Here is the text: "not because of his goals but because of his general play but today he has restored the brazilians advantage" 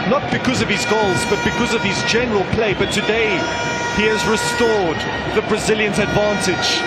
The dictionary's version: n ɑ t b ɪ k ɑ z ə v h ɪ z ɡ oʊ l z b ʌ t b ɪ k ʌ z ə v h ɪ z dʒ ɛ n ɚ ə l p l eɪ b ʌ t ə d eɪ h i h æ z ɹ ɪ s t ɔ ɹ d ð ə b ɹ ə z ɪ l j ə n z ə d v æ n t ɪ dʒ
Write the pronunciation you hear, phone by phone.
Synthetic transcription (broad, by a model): n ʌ t b ɪ k ɑ z ə v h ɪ z ɡ oʊ l z b ʌ t b ɪ k ʌ z ə v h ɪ z dʒ ɛ n ɚ ə l p l eɪ b ʌ t ə d eɪ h i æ z ɹ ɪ s t ɔ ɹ d ð ə b ɹ ə z ɪ l j ə n z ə d v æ n t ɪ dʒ